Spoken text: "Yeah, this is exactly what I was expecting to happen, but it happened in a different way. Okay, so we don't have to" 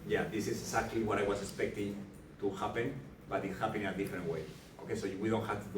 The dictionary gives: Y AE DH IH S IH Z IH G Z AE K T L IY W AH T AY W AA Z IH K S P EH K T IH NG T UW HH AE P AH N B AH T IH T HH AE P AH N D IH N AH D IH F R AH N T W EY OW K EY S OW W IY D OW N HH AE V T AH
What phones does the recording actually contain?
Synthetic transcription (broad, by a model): Y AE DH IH S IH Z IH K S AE K T L IY W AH T AY W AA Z IH K S P EH K T IH NG T UW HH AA P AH N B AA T IH T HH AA P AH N IH N AH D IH F R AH N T W EY OW K EY S OW W IY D OW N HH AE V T